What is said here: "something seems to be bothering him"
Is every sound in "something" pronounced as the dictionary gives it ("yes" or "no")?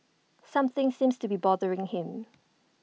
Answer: yes